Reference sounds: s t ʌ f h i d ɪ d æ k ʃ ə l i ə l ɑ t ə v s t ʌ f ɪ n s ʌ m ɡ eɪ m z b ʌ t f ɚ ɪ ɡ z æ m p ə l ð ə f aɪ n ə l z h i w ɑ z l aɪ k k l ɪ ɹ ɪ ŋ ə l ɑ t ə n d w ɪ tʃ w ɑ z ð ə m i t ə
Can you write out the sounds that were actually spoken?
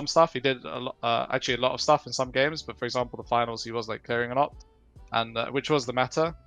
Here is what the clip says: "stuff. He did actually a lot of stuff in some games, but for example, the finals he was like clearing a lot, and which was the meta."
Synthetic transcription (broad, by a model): s t ʌ f h i d ɪ d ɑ k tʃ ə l i ə l ɑ t ə v s t ʌ f ɪ n s ʌ m ɡ eɪ m z b ʌ t f ɚ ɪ ɡ z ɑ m p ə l ð ə f aɪ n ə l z h i w ɑ z l aɪ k k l ɪ ɹ ɪ ŋ ə n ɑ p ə n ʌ w ɪ tʃ w ɑ z ð ə m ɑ t ə